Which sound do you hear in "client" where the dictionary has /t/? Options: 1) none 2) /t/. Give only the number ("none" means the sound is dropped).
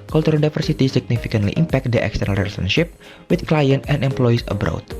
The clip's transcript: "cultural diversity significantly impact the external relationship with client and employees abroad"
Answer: 2